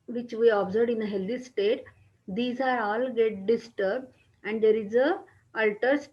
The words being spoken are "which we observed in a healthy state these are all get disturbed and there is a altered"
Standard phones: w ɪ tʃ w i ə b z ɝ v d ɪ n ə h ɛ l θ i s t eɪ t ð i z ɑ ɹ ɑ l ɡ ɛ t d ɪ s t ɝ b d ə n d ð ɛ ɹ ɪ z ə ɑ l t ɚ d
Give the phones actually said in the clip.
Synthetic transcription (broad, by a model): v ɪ tʃ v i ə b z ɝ d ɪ n ə h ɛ l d i s t eɪ t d i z ɑ ɹ ɑ l ɡ ɛ t d ɪ s t ɝ b d ə n d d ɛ ɹ ɪ z ə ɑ l t ɚ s